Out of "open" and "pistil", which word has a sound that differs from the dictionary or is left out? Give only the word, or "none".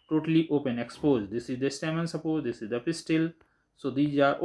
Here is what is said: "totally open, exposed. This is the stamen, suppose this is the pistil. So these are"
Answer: none